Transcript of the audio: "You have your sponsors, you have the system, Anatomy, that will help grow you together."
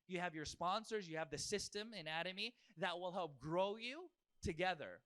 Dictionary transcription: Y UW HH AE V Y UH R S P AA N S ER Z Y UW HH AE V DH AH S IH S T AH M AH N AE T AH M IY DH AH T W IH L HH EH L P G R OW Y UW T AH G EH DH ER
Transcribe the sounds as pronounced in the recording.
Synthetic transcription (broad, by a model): Y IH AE V Y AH R S P AA N S ER Z Y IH V DH AH S IH S T AH M AH N AE T AH M IY DH AH T W IH L HH EH L P G R OW Y UW T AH G EH DH ER